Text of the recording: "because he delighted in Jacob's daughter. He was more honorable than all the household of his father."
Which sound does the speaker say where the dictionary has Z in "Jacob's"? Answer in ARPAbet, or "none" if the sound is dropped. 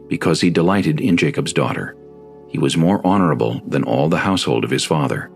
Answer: Z